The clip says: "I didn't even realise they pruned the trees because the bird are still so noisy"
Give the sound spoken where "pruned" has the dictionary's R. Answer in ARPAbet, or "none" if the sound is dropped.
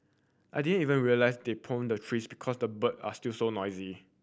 none